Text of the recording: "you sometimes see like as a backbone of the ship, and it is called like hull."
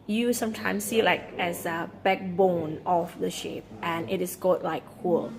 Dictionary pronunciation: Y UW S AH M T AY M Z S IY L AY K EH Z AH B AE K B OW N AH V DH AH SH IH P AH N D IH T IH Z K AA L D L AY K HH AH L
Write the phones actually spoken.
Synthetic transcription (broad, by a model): Y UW S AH M T AY M S IY L AY K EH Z AH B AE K B OW N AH F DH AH SH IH P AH N IH T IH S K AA D L AY K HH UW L